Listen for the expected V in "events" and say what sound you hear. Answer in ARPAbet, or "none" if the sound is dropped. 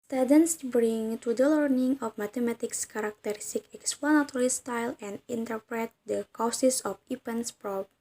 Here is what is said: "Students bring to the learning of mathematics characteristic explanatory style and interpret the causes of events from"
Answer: P